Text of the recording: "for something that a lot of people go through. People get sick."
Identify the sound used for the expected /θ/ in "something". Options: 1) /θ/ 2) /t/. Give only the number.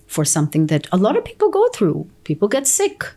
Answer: 1